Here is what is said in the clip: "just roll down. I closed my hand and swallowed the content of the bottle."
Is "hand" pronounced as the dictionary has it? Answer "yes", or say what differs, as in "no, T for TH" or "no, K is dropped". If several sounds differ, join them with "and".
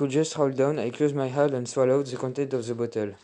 no, N is dropped